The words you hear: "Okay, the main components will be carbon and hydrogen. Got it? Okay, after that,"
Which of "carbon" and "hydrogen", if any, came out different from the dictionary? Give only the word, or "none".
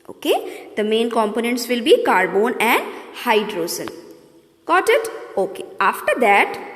hydrogen